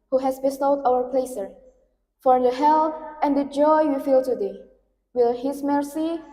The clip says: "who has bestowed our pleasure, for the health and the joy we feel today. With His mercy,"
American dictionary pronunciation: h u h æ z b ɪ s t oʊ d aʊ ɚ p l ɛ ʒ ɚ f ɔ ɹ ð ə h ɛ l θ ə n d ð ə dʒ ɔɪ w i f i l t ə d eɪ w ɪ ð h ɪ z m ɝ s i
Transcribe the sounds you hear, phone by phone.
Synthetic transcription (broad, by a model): h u h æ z b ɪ s t oʊ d aʊ ɚ p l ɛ s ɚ f ɔ ɹ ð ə h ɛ l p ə n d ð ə dʒ ɔɪ w i f i l t ə d eɪ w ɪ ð h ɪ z m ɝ s i